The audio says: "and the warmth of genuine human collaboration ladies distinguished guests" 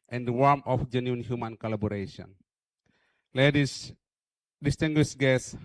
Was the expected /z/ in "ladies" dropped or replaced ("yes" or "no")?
yes